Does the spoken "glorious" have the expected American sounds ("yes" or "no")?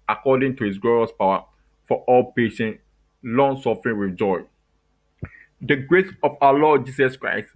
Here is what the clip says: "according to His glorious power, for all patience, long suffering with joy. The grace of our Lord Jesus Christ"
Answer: yes